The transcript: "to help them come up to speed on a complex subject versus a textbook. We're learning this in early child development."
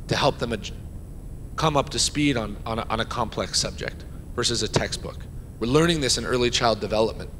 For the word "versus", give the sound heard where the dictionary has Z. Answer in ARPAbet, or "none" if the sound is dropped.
Z